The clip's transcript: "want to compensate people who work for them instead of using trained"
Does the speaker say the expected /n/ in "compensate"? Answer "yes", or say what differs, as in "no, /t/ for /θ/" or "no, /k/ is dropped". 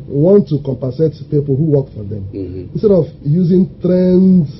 no, /n/ is dropped